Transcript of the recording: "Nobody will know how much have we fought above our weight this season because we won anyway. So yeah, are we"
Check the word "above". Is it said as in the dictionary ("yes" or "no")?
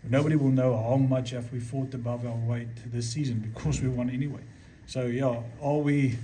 yes